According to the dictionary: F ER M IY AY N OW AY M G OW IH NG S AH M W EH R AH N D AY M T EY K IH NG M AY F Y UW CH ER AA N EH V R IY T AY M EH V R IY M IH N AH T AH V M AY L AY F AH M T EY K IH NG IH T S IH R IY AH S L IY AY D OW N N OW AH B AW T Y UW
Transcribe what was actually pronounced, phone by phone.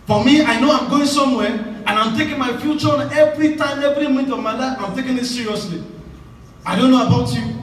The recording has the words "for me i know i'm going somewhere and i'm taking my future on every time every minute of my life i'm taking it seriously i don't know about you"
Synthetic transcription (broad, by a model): F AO M IY AY N OW AY M G OW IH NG S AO M W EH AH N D AY M T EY K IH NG M AY F Y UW CH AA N EH V R IY T AY M EH V R IY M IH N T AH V M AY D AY AH M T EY K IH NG IH T S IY R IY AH S L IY AY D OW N N OW AH B AW T Y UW